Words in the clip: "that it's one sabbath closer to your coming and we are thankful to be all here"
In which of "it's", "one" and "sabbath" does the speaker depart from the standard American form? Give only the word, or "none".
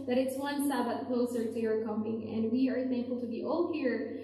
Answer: sabbath